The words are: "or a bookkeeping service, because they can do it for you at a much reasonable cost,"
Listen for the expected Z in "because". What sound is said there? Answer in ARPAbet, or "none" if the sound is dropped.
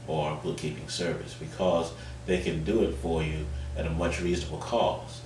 Z